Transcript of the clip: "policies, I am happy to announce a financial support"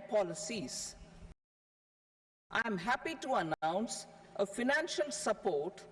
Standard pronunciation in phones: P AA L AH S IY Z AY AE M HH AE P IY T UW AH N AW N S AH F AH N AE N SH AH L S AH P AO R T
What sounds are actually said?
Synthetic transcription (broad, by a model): P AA L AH S IY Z AY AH M HH AE P IY T UW AH N AW N S AH F AH N AE N SH AH L S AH P AO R T